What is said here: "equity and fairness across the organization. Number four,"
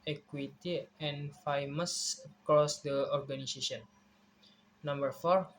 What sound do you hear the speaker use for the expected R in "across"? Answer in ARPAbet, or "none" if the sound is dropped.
R